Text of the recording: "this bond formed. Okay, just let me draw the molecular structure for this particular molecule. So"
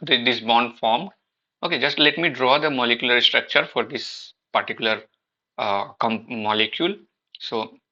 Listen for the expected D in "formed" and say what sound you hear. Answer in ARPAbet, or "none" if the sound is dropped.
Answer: none